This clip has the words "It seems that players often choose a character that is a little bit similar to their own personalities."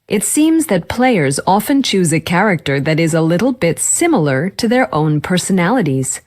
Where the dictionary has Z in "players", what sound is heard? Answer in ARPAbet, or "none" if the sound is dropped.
Z